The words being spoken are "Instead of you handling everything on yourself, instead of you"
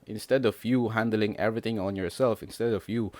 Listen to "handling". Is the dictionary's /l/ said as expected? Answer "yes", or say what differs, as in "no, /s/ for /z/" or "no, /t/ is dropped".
yes